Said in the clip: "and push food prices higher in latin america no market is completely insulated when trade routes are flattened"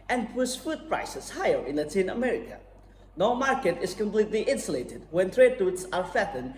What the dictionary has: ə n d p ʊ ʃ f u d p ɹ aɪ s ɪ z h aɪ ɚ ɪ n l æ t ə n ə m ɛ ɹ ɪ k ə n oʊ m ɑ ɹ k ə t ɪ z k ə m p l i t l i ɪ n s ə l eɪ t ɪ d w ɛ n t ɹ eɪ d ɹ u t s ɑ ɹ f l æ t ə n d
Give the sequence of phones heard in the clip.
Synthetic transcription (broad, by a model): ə n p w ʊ s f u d p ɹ aɪ s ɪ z h aɪ ɚ ɪ n l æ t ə n ə m ɛ ɹ ɪ k ə n oʊ m ɑ ɹ k ə t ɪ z k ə m p l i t l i ɪ n s ə l eɪ t ɪ d w ɛ n t ɹ eɪ d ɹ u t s ɑ ɹ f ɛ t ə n